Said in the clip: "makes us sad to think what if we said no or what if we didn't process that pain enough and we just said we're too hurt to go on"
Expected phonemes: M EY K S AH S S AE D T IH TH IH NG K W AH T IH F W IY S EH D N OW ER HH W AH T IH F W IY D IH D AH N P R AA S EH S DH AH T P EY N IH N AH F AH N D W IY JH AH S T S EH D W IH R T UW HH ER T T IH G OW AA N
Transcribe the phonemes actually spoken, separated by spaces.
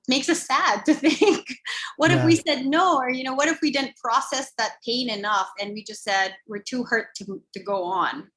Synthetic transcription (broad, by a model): M EY K S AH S S AE D T IH TH IH NG K W AH T IH F W IY S EH D N OW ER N W AH T IH F W IY D IH D N P R AA S EH S DH AH T P EY N IH N AH F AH N W IY JH AH S T S EH D W IH R T UW HH ER T T IH G OW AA N